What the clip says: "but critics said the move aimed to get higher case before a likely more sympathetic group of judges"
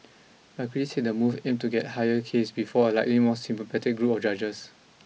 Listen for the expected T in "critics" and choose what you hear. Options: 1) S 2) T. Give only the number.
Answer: 1